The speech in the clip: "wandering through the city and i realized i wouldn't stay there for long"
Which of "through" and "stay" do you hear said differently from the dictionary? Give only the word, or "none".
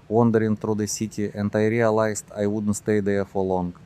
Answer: through